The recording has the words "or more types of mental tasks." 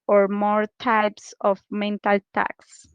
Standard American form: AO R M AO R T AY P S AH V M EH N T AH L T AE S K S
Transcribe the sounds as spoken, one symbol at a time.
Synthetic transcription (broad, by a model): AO R M AO R T AY P S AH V M EH N T AH L T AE K S